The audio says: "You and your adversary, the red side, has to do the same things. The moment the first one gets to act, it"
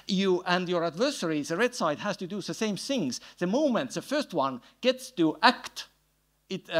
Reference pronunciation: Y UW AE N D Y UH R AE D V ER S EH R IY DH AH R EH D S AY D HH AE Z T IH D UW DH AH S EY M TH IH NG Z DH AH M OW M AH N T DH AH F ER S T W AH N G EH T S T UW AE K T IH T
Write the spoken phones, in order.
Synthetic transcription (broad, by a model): Y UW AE N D Y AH R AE D V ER S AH R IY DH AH R EH D S AY D HH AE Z T IH D UW DH AH S EY M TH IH NG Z DH AH M OW M AH N T DH AH F ER S T W AH N G EH T S T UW AE K T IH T